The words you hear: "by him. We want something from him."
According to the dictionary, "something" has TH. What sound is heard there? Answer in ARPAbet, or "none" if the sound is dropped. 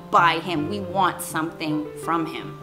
TH